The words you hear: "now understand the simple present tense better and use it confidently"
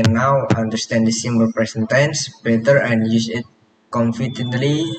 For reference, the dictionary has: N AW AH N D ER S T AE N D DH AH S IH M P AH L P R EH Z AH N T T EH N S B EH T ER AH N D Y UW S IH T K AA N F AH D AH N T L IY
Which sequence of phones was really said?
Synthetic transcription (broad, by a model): N AW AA N D ER S T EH N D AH S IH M B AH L P R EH S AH N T T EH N S B EH T ER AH N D Y UW S IH T K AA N F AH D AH N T L IY